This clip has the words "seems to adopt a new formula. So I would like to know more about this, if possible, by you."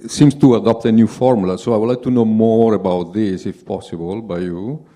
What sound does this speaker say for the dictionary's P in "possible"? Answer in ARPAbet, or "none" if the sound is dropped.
P